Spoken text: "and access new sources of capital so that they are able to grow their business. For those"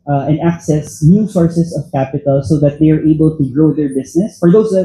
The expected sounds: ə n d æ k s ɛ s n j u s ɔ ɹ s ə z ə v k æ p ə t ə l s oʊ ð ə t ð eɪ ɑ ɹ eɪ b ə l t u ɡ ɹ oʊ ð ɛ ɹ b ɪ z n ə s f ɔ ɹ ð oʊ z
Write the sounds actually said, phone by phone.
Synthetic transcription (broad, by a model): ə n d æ k s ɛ s n j u s ɔ ɹ s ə s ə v k æ p ə t ə l s oʊ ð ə t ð eɪ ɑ ɹ eɪ b ə l t u ɡ ɹ oʊ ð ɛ ɹ b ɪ s n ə s f ɔ ɹ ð oʊ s